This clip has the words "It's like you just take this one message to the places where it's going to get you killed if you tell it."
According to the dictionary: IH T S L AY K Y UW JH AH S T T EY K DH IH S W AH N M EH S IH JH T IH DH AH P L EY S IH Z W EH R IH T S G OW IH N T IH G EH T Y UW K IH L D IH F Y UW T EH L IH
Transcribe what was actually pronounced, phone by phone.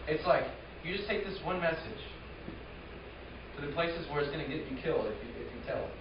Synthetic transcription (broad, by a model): IH T S L AY K Y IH JH AH S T T EY K DH IH S W AH N M EH S IH JH T IH DH AH P L EY S IH Z W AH R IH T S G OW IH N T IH G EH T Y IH K IH L D IH F Y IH T EH L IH